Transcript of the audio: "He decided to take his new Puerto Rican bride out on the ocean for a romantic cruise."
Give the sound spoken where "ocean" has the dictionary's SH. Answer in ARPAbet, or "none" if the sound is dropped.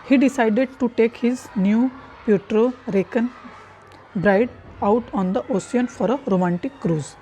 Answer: S